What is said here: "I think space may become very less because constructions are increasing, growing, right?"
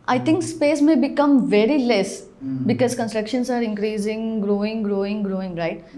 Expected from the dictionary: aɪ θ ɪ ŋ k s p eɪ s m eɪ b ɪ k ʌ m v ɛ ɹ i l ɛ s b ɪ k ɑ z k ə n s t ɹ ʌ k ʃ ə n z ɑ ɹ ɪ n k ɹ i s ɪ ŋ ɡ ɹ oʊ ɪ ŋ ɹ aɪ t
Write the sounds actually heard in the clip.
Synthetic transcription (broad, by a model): aɪ t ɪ ŋ k s p eɪ s m eɪ b ɪ k ʌ m v ɛ ɹ i l ɛ s b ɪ k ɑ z k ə n s t ɹ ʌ k ʃ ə n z ɑ ɹ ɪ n k ɹ i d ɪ ŋ ɡ ɹ oʊ ɪ ŋ ɹ aɪ t